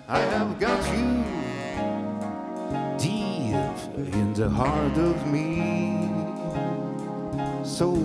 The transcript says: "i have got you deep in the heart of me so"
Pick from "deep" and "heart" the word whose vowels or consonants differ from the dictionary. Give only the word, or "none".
deep